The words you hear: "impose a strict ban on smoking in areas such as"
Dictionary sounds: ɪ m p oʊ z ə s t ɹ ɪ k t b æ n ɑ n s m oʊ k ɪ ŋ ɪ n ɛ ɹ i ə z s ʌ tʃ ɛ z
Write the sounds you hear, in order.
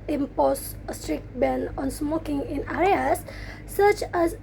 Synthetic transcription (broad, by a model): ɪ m p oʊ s ə s t ɹ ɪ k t b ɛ n ɑ n s m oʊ k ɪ ŋ ɪ n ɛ ɹ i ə s ʌ tʃ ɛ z